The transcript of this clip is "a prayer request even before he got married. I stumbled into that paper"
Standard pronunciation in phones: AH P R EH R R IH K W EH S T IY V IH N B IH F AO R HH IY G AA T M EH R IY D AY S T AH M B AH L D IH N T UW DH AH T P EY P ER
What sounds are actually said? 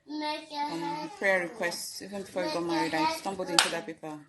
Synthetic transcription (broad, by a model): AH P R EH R R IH K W EH S T IY V IH N B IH F AO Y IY G AA T M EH R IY D AY S T AH M B AH L D IH N T UW DH AH T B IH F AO